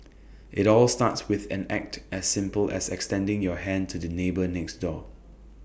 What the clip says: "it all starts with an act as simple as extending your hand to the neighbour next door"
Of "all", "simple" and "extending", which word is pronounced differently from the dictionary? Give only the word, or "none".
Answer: none